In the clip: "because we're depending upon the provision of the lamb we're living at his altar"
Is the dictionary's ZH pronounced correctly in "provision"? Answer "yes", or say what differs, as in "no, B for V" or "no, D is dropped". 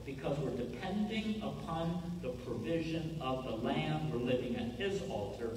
yes